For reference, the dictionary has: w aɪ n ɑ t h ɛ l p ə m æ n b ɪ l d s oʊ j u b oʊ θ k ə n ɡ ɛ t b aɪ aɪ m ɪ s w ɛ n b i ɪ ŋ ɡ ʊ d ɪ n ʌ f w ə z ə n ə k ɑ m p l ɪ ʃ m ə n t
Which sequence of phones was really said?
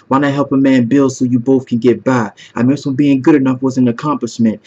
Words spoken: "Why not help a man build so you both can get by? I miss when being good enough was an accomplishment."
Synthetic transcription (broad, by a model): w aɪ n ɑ h ɛ l p ə m æ n b ɪ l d s oʊ j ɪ b oʊ θ k ə n ɡ ɛ t b aɪ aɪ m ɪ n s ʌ b i ɪ ŋ ɡ ʊ d ɪ n ʌ f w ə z ə n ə k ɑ m p l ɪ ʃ m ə n t